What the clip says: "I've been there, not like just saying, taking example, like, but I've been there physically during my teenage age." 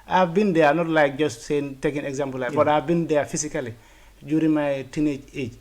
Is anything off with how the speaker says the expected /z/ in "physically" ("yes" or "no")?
yes